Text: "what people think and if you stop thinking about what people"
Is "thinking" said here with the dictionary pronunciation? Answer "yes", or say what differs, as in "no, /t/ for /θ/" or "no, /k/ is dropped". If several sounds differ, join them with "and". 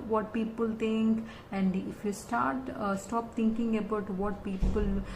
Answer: no, /t/ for /θ/